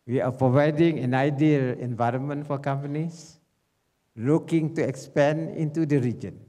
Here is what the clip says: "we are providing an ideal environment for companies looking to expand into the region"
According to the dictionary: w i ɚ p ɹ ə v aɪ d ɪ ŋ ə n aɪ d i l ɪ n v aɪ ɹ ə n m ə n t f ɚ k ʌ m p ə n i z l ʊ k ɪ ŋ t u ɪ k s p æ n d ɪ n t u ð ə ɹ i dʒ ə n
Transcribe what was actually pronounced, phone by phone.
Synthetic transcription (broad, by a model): w i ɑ p ɹ ə v aɪ d ɪ ŋ ə n aɪ d i l ɪ n v aɪ ɹ ə n m ə n t f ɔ k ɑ m p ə n i s l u k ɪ ŋ t u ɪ k s p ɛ n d ɪ n t u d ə ɹ i dʒ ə n